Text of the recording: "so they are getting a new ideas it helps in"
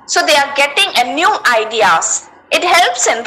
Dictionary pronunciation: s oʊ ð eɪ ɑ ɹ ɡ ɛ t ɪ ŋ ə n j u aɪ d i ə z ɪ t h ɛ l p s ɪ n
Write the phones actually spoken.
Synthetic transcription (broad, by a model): s oʊ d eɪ ɑ ɹ ɡ ɛ t ɪ ŋ ə n j u aɪ d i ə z ɪ t h ɛ l p s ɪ n